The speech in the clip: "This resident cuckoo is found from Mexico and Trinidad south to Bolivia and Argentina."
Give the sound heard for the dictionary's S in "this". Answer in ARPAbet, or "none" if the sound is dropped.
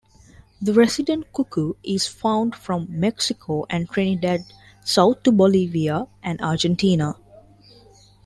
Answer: none